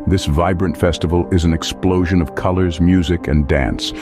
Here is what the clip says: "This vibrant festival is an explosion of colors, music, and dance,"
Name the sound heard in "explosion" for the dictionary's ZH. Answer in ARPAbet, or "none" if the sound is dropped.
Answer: ZH